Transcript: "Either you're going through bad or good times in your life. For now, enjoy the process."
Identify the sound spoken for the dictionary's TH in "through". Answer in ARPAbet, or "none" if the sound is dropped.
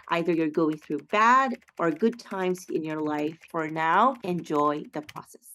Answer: TH